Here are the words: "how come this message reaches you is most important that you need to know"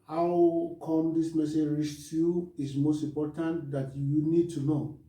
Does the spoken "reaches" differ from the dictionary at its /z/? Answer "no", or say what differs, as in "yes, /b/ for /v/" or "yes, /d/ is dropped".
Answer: yes, /z/ is dropped